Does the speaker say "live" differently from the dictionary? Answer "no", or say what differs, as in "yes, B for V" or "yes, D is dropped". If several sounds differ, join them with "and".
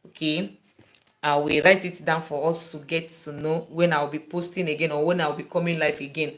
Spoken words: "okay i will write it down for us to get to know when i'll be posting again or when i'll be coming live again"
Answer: yes, F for V